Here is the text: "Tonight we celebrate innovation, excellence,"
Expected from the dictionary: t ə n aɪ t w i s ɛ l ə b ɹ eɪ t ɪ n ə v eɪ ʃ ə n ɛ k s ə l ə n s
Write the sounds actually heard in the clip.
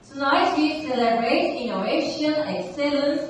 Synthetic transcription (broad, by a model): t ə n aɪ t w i s ɛ l ə b ɹ eɪ t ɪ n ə eɪ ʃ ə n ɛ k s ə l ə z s